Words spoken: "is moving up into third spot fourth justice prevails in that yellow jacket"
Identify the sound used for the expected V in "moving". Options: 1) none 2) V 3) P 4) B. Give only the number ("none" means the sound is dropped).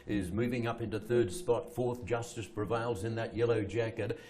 2